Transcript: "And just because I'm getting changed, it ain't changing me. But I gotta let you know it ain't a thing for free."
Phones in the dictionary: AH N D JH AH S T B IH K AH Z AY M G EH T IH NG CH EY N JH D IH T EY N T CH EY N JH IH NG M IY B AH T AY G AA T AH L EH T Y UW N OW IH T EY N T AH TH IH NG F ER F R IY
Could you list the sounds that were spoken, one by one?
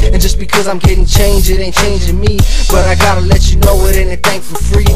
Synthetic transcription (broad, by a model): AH N JH AH S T B IH K AH Z AY M G EH T IH NG CH EY N JH IH T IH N CH EY N JH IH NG M IY B AH T AY G AA T AH L EH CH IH N OW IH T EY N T AH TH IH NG F ER F R IY